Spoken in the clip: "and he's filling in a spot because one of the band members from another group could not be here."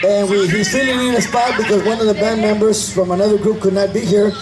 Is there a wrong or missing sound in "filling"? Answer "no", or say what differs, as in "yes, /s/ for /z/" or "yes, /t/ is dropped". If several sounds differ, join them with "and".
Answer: yes, /n/ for /l/